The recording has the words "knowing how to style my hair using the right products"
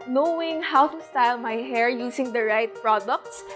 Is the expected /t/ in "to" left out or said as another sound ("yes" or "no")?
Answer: no